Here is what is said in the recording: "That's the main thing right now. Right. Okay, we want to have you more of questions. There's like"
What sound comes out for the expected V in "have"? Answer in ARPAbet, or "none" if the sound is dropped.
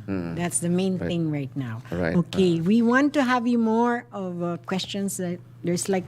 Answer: V